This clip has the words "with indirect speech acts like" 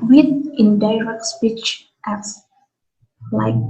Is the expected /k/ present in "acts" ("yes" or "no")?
no